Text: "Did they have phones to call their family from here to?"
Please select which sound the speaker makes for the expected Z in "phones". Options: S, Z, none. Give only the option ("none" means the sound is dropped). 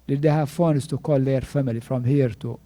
S